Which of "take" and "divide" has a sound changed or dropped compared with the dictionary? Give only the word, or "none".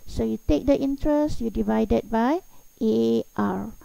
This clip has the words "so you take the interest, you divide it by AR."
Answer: none